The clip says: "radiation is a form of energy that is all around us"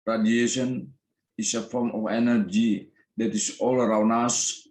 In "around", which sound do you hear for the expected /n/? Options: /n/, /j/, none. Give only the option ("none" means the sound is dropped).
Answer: /n/